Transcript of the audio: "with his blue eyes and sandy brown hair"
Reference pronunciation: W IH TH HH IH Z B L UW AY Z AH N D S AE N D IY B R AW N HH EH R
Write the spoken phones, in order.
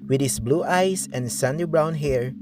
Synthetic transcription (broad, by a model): W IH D HH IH S B L UW AY S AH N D S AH N D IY B R AW N HH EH R